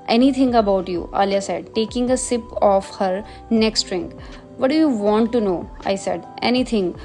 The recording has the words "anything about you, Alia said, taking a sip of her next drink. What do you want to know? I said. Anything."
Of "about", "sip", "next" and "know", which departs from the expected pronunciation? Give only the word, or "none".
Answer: none